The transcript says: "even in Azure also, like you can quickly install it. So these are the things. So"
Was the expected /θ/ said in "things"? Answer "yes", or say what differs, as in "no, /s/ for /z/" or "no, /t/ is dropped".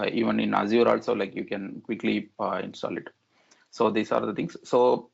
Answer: no, /t/ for /θ/